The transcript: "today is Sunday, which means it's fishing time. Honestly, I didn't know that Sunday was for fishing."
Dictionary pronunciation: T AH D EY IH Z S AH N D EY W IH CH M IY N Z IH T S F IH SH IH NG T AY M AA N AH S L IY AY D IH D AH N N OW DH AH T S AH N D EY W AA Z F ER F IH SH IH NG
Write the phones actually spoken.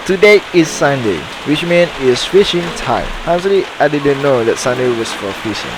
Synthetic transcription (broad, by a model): T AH D EY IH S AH N D EY W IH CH M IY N IH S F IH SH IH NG T AY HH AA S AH L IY AY D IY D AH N N OW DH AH T S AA N D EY W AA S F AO F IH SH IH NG